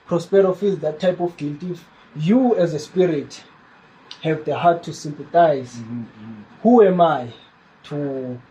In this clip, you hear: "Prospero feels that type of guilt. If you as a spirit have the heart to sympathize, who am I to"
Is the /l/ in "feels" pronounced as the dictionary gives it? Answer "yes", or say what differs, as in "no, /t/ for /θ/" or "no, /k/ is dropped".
no, /l/ is dropped